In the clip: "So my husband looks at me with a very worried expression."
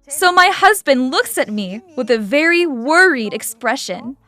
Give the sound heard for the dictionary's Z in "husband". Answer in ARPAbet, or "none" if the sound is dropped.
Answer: Z